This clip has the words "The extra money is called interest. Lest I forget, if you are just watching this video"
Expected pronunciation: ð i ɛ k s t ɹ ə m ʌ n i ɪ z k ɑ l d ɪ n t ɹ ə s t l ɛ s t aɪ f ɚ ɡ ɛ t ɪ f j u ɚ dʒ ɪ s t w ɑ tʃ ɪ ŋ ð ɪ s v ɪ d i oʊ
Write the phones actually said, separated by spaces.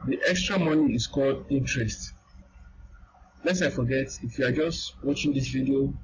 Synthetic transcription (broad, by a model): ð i ɛ k s t ɹ ə m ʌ n i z k ɑ l d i n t ɹ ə s t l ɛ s aɪ f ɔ ɡ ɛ t ɪ f j u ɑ dʒ ɪ s t w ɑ tʃ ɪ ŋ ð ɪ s v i d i oʊ